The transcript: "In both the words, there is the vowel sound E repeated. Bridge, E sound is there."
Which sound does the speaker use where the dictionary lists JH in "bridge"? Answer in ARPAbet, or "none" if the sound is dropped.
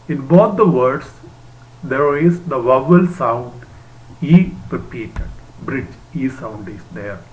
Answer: JH